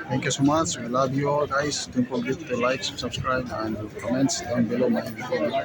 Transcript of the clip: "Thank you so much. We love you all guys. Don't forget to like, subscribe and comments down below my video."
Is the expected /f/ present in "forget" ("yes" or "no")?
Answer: no